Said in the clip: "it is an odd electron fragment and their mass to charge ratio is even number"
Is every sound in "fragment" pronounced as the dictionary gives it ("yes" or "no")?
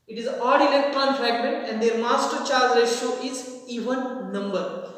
no